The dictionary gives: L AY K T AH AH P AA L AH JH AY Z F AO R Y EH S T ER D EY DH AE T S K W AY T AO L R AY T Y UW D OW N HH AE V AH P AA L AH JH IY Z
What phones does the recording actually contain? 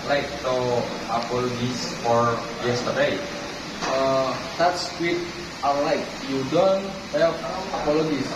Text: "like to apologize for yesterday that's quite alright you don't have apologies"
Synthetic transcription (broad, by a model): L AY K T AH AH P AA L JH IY S F AO R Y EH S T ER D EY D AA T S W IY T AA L AY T Y UW D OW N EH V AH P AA L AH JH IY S